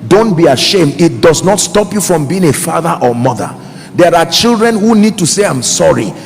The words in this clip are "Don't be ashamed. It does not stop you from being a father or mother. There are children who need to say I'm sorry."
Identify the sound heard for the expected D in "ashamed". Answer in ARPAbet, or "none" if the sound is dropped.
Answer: D